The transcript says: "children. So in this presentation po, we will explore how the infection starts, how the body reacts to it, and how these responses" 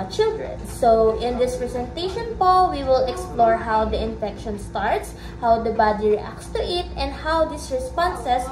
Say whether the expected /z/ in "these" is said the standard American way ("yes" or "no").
no